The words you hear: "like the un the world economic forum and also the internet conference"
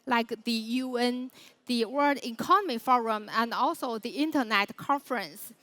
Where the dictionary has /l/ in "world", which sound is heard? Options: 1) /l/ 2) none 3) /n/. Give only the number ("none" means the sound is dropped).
2